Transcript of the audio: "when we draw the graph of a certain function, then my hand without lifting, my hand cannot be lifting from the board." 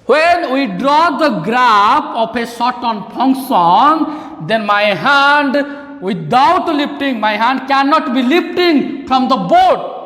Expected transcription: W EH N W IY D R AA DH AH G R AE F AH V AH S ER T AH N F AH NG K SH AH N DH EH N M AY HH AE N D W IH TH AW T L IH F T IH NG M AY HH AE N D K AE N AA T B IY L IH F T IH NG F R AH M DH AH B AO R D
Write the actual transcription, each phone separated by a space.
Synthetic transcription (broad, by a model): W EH N W IY D R AA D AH G R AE P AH P AH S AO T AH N P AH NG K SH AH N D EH N M AY HH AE N D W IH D AW T L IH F T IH NG M AY HH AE N D K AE N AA T B IY L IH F T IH NG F R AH M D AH B AO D